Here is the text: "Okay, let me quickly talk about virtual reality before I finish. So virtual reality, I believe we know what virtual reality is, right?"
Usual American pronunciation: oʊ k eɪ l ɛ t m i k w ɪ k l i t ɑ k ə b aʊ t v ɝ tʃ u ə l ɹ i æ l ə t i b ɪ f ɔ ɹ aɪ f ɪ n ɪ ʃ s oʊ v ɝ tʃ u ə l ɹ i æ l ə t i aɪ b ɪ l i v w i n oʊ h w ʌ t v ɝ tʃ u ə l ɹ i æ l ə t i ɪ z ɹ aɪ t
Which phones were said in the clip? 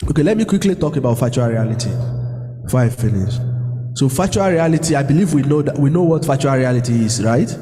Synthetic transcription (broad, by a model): oʊ k eɪ l ɛ t m i k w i k l i t ɑ k ə b aʊ t f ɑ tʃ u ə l ɹ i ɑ l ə t i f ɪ ɪ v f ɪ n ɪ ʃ s oʊ f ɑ tʃ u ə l ɹ i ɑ l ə t i aɪ b ɪ l i v w i n oʊ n w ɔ t f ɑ tʃ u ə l ɹ i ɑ l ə t i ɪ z ɹ aɪ t